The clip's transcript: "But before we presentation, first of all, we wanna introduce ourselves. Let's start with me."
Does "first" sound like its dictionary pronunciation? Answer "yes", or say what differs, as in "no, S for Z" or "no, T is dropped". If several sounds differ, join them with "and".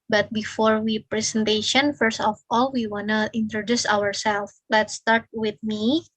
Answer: yes